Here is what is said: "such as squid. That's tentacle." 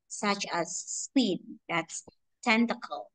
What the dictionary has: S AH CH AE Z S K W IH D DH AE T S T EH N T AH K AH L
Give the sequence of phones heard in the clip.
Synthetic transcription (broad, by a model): S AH CH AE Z S W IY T DH AE T S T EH N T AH K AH L